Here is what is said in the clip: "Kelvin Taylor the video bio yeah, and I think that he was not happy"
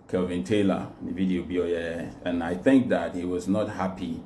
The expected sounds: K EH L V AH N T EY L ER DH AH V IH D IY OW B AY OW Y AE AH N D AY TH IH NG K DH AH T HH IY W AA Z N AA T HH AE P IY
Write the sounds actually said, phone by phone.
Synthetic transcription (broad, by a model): K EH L V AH N T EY L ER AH V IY D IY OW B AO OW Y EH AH N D AY TH IH NG K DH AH T HH IY W AA Z N AA T HH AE P IY